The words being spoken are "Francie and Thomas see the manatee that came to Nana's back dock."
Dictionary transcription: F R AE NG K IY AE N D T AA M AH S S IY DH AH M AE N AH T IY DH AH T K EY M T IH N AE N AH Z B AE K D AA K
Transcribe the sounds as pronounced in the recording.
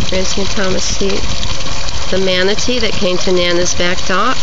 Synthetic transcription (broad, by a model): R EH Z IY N T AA M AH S S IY DH AH M AE N AH T IY DH AH T K EY M T IH N AE N AH Z B AE K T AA